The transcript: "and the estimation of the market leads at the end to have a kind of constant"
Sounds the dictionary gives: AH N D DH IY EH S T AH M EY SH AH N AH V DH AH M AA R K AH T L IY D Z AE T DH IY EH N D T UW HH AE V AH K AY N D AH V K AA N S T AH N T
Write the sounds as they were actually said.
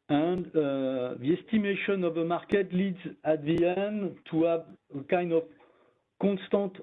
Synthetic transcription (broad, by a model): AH N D DH IY EH S T AH M EY SH AH N AH V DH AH M AA R K AH T L IY D Z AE T DH IY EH N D T UW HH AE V AH K AY N D AH V K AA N S T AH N T